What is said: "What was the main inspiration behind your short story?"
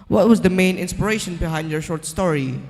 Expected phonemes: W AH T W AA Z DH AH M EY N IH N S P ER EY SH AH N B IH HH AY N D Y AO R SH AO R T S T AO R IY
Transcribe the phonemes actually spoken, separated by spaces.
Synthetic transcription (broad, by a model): W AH T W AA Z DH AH M EY N IH N S P ER EY SH AH N B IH HH AY N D Y AO R SH AO R T S T AO R IY